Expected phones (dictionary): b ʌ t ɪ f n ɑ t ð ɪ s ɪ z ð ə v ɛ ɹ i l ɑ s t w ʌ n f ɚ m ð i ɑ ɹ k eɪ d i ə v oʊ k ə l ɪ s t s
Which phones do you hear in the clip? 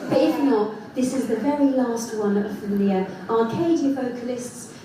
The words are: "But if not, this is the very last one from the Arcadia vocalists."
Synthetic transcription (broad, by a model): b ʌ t ɪ f n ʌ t ð ɪ s ɪ z ð ə v ɛ ɹ i l ɑ s t w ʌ n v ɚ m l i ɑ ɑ k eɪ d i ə v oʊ k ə l ɪ s t s